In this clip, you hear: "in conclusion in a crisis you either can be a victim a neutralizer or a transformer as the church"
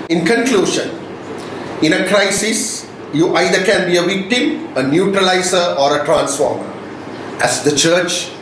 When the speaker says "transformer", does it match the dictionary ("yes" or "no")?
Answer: yes